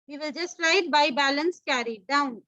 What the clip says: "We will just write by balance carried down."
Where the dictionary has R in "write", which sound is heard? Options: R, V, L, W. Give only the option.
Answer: L